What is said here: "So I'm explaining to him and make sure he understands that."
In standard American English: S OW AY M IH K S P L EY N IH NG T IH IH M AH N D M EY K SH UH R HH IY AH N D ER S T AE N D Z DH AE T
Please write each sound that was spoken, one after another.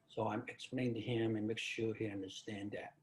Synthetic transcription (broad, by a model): S OW AY M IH K S P L EY IH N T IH IH M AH N M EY K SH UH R HH IY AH N D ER S T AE N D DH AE T